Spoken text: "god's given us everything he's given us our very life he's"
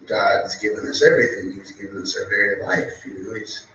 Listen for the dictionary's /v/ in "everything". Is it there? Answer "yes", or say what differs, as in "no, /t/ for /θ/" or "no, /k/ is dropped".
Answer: yes